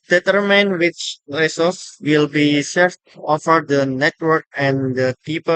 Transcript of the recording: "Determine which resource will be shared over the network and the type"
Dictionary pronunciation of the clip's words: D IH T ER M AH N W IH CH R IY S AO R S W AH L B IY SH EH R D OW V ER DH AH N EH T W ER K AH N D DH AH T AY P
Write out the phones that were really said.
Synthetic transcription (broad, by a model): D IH T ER M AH N W IH CH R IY S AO S W AH L B IY S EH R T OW F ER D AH N EH T W ER K AH N D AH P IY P